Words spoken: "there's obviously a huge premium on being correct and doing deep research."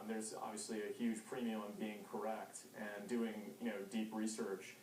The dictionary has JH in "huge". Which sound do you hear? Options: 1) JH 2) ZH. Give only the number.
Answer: 2